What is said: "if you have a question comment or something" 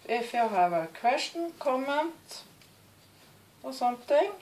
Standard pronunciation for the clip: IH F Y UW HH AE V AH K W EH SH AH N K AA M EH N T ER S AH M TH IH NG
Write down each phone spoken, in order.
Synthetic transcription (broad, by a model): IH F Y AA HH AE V AH K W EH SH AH N K AA M EH N T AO S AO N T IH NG